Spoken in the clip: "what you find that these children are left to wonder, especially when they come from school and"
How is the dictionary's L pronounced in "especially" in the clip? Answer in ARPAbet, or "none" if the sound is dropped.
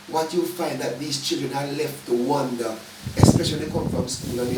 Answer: none